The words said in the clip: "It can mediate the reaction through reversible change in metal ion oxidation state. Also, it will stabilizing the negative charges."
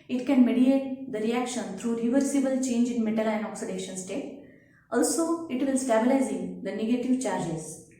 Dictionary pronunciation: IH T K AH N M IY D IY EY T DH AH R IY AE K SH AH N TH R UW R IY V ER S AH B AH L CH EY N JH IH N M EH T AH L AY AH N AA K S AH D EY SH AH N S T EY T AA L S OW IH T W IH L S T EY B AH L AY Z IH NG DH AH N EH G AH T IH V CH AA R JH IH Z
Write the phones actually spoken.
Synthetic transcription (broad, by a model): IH T K AH N M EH D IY EY T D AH R IY AE K SH AH N T R UW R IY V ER S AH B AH L CH EY N JH IH N M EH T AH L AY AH N AA K S AH D EY SH AH N S T EY T AA L S OW IH T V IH L S T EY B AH L AY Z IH NG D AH N EH G AH T IH V CH AA R JH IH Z